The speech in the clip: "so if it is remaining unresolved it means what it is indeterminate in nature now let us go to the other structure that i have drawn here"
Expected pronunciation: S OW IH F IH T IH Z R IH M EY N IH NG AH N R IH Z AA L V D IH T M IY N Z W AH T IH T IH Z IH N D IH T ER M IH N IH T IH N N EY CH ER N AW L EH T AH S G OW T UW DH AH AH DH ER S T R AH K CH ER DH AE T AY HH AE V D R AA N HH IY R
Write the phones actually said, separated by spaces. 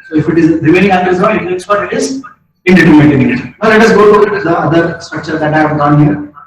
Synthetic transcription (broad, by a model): S OW IH F IH T IH Z R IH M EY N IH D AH R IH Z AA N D IH T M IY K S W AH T IH T IH Z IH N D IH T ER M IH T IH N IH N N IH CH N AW L EH T AH S G OW T UW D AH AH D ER S T R AH K CH ER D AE T AY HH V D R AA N HH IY R